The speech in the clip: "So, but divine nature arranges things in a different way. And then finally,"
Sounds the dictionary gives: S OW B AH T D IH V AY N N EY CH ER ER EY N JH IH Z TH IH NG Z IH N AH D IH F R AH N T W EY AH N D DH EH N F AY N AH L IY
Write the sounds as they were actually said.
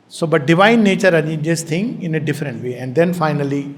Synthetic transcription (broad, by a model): S OW B AH T D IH V AY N N EY CH ER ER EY JH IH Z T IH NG IH N AH D IH F R AH N T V EY AH N D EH N F AY N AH L IY